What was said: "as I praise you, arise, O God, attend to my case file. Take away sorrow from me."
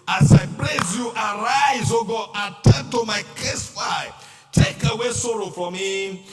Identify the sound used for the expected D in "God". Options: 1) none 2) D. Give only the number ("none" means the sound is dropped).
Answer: 1